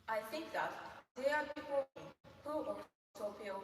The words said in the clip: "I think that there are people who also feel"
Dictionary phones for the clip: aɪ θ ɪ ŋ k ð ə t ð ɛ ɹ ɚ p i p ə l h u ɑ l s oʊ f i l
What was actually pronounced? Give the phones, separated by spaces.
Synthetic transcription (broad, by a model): aɪ θ ɪ ŋ k ð ə t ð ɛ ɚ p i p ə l h u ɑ s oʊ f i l